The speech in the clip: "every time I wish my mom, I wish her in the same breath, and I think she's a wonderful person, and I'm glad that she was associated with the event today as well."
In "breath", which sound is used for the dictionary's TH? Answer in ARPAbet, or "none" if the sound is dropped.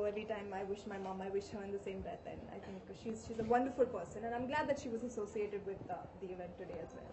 T